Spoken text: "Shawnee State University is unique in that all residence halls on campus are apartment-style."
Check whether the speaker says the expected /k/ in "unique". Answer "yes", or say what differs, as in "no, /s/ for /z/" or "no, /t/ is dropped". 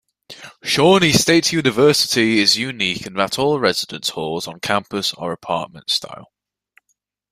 yes